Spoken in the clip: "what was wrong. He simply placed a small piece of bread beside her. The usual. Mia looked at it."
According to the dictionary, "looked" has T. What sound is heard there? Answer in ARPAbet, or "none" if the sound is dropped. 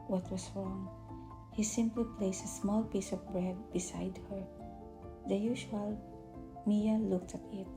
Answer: T